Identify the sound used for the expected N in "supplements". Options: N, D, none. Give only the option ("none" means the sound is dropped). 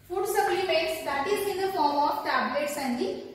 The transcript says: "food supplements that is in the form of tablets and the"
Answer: none